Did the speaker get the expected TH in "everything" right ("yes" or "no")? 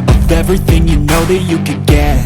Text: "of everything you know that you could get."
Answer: yes